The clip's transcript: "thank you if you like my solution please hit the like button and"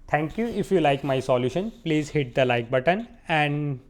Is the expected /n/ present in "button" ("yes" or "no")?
yes